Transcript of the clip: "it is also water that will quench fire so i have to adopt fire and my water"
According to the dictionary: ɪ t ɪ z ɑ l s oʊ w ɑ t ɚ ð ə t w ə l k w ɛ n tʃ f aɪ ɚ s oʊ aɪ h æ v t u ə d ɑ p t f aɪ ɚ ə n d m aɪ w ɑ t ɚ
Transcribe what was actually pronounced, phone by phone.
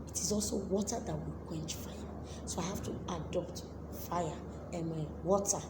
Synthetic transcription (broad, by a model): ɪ t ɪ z ɑ l s oʊ w ɑ t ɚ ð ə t w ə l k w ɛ n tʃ f aɪ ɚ s oʊ aɪ h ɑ f t u ə d ɑ p t f aɪ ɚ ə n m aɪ w ɑ t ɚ